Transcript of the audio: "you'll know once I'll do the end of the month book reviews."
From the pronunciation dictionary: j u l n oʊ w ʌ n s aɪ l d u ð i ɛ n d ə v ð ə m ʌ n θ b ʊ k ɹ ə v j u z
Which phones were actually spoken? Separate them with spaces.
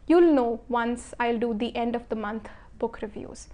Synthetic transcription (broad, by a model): j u l n oʊ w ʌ n s aɪ l d u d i ɛ n d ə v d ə m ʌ n t b ʊ k ɹ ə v j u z